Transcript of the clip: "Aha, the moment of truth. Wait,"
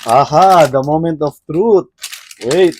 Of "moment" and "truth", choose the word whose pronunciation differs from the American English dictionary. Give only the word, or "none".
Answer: truth